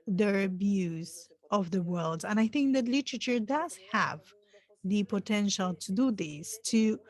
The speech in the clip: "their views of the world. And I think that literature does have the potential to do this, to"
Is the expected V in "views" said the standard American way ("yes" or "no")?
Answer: no